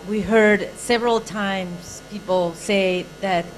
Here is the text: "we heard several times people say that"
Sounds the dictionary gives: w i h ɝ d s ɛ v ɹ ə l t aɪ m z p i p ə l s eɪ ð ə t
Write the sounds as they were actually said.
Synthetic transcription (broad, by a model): w i h ɝ d s ɛ v ɹ ə l t aɪ m z p i p l s eɪ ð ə t